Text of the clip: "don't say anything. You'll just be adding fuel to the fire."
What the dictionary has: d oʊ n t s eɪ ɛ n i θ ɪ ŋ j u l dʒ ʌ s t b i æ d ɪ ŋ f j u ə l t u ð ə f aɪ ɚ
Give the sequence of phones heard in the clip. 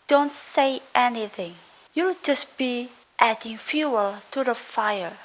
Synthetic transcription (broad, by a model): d oʊ n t s eɪ ɛ n i θ ɪ ŋ j u l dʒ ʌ s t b i æ d ɪ ŋ f j u ə l t u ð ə f aɪ ɚ